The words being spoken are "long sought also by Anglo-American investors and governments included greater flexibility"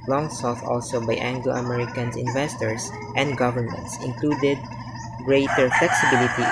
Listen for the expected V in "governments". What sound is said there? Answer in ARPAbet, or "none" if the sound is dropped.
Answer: V